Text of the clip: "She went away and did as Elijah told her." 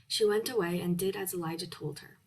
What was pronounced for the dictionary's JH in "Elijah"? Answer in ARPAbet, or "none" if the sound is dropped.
JH